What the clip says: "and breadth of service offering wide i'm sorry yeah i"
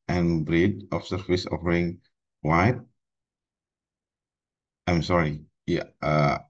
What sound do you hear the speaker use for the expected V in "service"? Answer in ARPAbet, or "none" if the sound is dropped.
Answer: F